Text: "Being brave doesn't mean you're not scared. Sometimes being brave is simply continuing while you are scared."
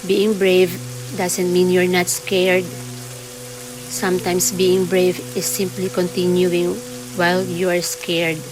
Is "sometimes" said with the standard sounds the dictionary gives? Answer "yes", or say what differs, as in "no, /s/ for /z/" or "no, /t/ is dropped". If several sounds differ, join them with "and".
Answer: no, /s/ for /z/